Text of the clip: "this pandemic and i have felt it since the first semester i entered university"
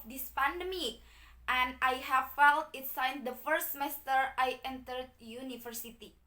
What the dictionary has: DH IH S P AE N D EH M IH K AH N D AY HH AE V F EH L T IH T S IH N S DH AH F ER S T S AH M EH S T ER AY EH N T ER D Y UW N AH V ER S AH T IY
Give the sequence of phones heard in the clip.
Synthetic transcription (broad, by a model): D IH S P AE N D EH M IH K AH N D AY HH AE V F EH L T IH T S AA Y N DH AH F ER T S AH M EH S T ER AY EH N T ER D Y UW N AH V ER S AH T IY